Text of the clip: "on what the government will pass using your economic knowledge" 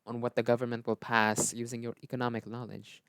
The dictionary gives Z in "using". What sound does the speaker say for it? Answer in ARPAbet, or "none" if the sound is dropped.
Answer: Z